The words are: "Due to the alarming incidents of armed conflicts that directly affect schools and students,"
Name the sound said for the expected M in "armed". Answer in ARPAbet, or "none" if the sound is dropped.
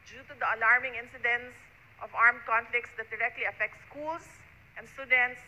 M